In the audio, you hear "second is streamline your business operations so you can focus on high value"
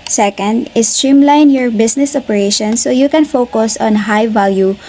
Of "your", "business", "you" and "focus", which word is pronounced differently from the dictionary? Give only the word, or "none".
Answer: business